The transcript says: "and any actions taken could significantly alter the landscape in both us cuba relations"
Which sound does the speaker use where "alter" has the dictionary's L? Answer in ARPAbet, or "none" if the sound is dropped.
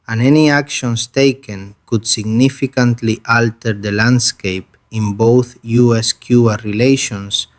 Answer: L